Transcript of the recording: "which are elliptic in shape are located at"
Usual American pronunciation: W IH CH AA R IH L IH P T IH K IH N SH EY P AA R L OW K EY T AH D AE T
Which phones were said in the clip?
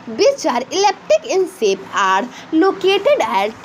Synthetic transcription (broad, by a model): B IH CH AA R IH L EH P T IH K IH N S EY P AA R L OW K EY T AH D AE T